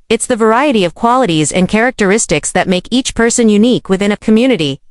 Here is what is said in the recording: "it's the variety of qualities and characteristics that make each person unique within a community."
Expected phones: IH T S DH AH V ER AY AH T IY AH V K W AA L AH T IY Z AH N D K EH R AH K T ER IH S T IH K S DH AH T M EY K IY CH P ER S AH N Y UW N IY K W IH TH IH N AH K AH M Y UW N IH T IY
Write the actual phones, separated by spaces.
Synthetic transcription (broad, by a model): IH T S DH AH V ER AY AH T IY AH V K W AA L AH T IY Z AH N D K EH R AH K T ER IH S T IH K S DH AH T M EY K IY CH P ER S AH N Y UW N IY K W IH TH IH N AH K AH M Y UW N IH T IY